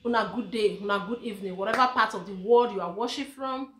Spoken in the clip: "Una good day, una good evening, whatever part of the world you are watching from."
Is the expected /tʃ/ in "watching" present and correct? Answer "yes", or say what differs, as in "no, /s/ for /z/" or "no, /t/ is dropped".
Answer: no, /ʃ/ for /tʃ/